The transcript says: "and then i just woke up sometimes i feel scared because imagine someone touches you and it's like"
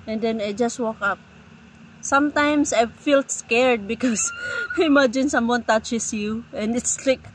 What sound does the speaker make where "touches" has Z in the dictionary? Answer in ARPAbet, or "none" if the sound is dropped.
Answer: S